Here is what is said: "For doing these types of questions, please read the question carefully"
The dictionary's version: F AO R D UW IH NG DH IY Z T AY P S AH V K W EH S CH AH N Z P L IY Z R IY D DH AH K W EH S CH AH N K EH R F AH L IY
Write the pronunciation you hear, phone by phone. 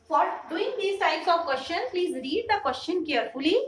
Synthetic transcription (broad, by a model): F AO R D UW IH NG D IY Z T AY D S AH V K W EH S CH AH N P L IY Z R IY D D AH K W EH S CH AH N K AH R F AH L IY